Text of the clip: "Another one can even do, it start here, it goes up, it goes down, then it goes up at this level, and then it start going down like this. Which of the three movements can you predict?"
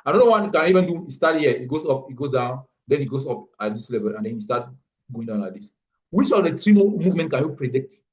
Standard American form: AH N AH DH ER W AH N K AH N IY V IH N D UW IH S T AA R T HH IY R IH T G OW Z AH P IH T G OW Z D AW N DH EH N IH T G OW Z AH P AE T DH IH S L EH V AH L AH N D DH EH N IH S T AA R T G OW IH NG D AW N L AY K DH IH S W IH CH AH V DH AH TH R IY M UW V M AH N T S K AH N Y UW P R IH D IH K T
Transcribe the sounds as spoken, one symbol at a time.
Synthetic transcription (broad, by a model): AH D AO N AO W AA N K AH N IY V IH N D UW IH S T AA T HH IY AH IH T G OW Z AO P IH T G OW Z D AW N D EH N IH T G OW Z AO P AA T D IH S L EH V AH L AH N D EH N IH S T AA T G OW IH NG D AW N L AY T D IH S W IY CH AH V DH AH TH R IY M UW V M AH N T K AH N Y UW P R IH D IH K T